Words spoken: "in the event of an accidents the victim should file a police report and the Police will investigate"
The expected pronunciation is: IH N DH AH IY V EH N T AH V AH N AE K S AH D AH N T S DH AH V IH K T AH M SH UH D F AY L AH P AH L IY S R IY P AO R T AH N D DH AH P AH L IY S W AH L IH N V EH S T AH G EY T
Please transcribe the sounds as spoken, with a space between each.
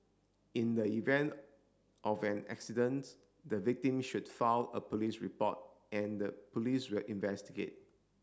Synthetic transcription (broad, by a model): IH N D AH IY V EH N T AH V AH N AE K S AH D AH N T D AH V IH K T AH M SH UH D F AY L AH P AH L IY S R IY P AO T AH N D AH P AH L IY S W AH L IH N V EH S T AH G EY T